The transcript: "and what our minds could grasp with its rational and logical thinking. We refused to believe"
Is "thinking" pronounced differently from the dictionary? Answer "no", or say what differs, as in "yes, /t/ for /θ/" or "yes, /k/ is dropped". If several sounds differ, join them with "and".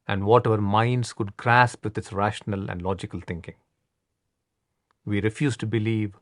yes, /t/ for /θ/